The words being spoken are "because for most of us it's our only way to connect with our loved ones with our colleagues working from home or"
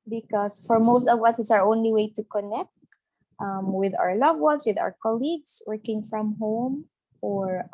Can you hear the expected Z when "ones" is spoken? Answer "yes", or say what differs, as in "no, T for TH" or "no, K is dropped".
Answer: no, S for Z